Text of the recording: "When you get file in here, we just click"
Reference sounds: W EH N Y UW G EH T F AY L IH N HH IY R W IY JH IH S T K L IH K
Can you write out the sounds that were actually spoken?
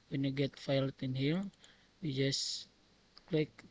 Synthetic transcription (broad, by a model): W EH N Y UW G EH T F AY L IH N HH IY L W IY JH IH S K L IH K